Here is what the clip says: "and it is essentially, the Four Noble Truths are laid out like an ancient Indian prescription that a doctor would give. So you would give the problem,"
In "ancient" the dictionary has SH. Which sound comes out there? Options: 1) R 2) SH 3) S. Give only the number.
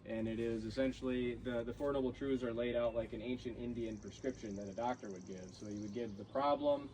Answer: 2